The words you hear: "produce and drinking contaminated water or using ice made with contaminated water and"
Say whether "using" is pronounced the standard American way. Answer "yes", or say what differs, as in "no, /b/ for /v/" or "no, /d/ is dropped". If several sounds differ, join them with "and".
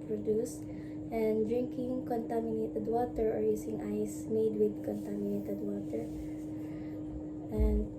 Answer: no, /s/ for /z/